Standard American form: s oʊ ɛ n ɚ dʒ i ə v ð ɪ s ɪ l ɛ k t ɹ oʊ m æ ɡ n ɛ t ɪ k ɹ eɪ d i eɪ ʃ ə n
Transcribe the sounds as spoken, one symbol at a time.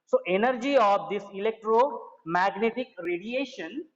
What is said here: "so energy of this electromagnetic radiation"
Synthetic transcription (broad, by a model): s oʊ ɛ n ɚ dʒ i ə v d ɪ s ɪ l ɛ k t ɹ oʊ m æ ɡ n ɛ t ɪ k ɹ eɪ d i eɪ ʃ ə n